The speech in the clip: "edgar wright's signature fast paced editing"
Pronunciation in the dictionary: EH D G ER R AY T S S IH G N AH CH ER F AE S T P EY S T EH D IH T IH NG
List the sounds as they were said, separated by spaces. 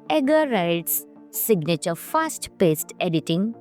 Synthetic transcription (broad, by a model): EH G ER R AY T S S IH G N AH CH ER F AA S T P EY S T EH D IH T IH NG